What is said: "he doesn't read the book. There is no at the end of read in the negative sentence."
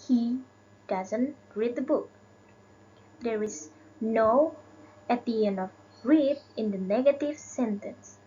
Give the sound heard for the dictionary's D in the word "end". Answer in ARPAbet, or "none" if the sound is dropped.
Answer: none